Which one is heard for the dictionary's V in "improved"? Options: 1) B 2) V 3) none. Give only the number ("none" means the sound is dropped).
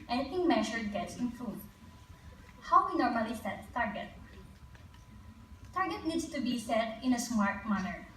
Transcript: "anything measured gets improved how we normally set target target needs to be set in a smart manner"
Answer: 3